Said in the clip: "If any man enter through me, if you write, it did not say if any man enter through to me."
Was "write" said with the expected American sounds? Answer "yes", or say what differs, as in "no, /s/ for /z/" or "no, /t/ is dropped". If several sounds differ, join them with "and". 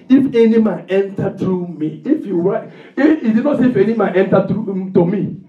no, /t/ is dropped